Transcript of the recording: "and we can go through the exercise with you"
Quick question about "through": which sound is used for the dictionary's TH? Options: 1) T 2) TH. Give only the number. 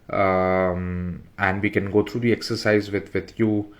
1